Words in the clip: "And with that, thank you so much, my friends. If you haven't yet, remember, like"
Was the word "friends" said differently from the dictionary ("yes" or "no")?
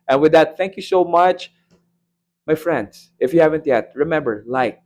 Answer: no